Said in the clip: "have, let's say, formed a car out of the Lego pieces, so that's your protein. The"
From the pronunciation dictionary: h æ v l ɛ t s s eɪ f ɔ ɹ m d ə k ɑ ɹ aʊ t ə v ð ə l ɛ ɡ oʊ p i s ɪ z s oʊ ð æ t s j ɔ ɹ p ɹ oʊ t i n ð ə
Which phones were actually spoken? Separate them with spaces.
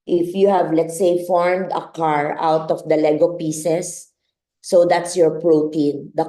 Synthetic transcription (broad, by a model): h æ v l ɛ t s s eɪ f ɔ ɹ m d ə k ɑ ɹ aʊ t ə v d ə l ɛ ɡ oʊ p i s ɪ s oʊ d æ t s j ɔ ɹ p ɹ oʊ t i n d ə